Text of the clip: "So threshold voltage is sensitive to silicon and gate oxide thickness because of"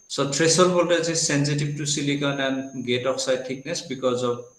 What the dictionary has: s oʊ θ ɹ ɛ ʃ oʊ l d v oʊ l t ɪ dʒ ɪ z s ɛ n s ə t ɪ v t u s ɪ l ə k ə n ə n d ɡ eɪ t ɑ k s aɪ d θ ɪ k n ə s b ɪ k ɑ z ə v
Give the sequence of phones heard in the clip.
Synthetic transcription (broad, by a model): s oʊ t ɹ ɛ s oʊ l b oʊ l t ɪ z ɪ s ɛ n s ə t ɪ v t u s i l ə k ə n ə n ɡ eɪ t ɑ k s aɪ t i k n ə s b ɪ k ɑ z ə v